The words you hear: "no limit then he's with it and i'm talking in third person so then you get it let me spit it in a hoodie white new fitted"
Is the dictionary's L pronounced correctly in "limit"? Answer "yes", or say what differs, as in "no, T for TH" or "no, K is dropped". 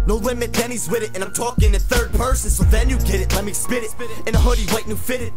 no, W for L